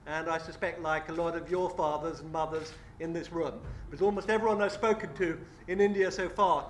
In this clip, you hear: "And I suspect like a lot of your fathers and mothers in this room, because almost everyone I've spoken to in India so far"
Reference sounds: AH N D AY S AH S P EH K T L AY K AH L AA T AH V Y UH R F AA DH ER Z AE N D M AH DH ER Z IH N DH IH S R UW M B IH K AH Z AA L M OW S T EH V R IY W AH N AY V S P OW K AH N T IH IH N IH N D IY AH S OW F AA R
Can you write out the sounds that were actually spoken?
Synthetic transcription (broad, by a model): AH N AY S AH S P EH K T L AY K AH L AA T AH V Y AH R F AA DH ER Z N M AH DH ER Z IH N DH IH S R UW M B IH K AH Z AA L M OW S T EH V R IY W AH N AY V S P OW K AH N T IH IH N IH N D IY AH S OW F AA R